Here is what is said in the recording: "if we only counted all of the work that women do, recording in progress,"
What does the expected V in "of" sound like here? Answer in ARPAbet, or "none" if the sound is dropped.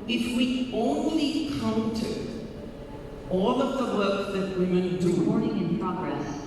V